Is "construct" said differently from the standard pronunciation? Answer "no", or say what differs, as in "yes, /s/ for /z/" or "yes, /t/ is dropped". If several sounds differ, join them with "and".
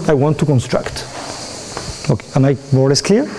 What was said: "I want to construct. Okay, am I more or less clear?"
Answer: no